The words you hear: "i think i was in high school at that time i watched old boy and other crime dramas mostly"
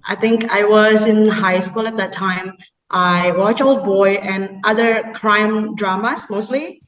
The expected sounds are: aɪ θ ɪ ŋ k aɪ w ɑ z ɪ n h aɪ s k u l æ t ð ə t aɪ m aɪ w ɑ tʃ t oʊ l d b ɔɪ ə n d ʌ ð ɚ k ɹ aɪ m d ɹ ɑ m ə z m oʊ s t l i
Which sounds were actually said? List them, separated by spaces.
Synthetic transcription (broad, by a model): aɪ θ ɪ ŋ k aɪ w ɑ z ɪ n h aɪ s k u l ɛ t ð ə t aɪ m aɪ w ɑ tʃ oʊ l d b ɔɪ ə n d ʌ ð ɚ k ɹ aɪ m d ɹ ɑ m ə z m oʊ s t l i